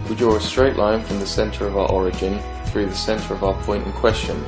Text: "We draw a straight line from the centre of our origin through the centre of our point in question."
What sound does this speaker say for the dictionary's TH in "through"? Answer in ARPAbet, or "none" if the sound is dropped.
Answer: TH